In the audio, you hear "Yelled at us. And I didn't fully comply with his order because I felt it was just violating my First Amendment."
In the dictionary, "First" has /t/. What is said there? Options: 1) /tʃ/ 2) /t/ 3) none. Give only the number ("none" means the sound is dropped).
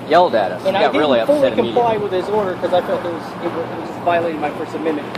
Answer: 3